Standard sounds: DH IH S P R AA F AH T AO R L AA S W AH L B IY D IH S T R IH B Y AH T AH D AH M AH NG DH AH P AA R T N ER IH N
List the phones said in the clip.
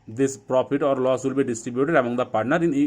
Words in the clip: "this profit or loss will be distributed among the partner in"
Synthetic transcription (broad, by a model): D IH S P R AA P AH T AO R L AA S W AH L B IY D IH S T R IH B Y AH T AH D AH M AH NG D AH P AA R T N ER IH N